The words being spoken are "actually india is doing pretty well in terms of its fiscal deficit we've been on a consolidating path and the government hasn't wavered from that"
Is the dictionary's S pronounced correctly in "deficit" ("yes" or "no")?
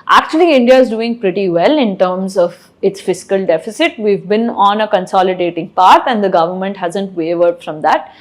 yes